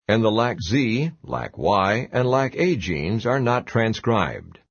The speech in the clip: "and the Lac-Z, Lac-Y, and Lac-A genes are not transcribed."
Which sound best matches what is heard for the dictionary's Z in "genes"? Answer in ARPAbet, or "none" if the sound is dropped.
Z